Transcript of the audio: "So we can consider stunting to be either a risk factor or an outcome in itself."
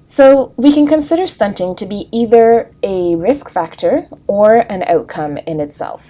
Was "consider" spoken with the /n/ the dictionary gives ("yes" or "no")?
yes